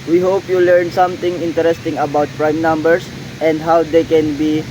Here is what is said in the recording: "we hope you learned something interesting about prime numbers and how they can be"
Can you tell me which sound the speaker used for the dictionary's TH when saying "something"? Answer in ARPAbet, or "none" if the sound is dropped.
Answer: T